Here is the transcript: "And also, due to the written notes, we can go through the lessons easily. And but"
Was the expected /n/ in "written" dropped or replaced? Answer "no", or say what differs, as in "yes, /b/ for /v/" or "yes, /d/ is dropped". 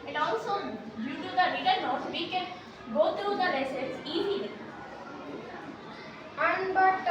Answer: yes, /l/ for /n/